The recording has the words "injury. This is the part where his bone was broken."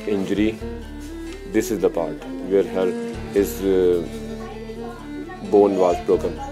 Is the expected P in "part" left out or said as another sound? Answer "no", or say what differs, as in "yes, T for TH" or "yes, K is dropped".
no